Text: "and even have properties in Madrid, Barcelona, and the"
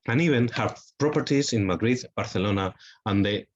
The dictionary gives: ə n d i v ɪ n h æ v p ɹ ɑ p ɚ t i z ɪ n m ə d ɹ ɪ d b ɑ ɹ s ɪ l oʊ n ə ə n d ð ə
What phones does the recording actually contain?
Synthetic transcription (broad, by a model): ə n i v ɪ n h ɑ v p ɹ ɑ p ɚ t i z ɪ n m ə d ɹ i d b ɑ ɹ θ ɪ l oʊ n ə ə n d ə